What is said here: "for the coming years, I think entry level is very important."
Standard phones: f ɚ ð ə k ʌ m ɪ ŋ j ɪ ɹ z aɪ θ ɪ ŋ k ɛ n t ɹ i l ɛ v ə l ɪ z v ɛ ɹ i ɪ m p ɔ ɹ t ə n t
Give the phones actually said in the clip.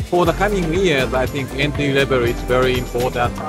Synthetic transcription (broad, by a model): f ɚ ð ə k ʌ m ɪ ŋ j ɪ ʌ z aɪ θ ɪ ŋ k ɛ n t i l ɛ b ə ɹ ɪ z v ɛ ɹ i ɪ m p ɔ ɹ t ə n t